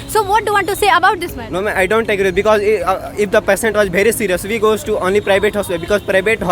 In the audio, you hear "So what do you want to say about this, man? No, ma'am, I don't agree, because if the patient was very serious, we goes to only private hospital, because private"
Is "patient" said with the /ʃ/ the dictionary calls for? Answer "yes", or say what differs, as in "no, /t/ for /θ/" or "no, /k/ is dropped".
no, /s/ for /ʃ/